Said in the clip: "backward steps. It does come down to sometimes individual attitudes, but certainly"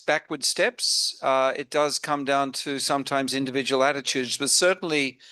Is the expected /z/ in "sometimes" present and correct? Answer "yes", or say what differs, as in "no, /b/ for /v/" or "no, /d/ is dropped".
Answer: yes